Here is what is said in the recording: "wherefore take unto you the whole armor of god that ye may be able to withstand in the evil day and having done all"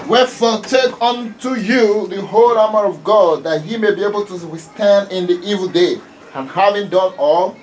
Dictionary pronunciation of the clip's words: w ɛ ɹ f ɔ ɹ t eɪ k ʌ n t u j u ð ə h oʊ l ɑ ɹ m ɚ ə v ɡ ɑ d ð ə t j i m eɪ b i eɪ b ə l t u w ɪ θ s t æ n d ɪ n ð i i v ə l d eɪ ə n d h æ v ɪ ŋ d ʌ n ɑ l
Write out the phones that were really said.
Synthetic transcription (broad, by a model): w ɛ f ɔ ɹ t eɪ k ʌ n t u j u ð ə h oʊ l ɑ m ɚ ə v ɡ ɑ d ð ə t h i m eɪ b i eɪ b ə l t u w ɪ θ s t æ n d ɪ n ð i i v ə l d eɪ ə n h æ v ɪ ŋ d ʌ n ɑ l